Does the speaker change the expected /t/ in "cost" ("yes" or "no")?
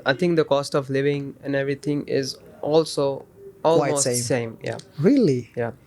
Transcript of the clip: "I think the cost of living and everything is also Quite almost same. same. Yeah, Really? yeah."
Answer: no